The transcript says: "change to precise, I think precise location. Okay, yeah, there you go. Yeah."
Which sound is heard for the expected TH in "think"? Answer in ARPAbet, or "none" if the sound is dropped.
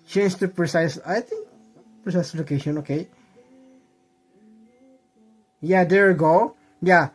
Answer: T